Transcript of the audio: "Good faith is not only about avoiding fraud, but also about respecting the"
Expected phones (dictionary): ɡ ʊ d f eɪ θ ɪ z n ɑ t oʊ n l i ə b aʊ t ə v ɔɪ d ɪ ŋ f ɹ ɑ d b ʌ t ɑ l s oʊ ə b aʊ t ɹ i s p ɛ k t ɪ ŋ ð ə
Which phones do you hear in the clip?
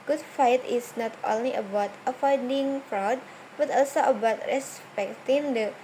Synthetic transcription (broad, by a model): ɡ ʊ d f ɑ t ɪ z n ɑ t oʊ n l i ə b aʊ t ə f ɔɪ d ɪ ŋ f ɹ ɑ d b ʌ t ɑ l s oʊ ə b aʊ t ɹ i s p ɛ k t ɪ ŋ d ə